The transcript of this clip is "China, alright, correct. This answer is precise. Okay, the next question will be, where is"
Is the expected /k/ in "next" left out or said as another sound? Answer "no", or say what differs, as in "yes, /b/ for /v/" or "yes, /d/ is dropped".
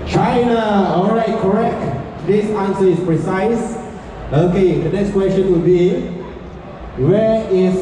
yes, /k/ is dropped